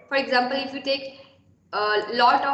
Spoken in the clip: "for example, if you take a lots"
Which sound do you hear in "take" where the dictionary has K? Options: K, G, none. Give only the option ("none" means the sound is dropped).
K